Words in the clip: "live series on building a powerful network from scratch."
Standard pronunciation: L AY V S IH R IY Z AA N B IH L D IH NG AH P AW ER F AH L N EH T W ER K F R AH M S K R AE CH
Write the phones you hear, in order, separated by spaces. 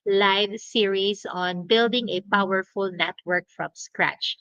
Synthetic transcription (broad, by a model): L AY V S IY R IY S AA N B IH L D IH NG AH P AW ER F AH L N EH T W ER K F R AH M S K R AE CH